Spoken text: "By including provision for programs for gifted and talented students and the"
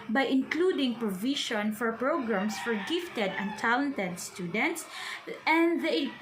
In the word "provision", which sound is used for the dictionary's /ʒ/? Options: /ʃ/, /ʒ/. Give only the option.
/ʃ/